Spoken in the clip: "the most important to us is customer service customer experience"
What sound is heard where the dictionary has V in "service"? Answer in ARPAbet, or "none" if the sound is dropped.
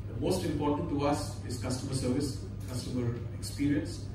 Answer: V